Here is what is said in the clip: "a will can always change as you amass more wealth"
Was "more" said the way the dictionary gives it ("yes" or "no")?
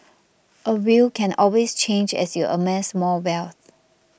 no